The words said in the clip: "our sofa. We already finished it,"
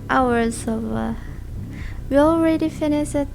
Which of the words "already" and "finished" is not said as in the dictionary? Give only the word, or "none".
finished